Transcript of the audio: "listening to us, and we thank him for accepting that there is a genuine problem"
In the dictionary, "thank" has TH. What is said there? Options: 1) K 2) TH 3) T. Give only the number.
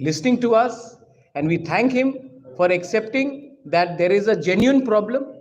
3